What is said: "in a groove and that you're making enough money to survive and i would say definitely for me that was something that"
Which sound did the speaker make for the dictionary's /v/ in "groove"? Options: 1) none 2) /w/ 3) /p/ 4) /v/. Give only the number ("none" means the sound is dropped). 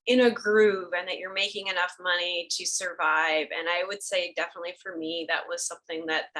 4